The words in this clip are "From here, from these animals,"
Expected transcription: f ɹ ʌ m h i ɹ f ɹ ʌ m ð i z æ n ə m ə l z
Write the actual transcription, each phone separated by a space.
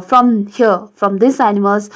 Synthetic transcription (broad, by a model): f ɹ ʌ m h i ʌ f ɹ ʌ m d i s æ n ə m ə l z